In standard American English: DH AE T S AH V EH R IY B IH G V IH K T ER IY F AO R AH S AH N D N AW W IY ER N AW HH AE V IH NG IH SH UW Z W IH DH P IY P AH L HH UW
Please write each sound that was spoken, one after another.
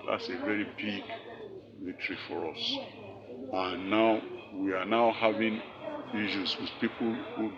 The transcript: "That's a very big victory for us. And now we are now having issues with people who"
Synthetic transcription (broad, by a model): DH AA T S AH V EH R IY B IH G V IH T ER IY F AO R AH S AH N N AW W IY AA N AW HH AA V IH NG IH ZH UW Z W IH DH P IY P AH L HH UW